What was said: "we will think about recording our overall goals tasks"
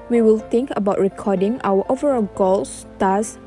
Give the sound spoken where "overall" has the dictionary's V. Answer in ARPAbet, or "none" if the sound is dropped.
V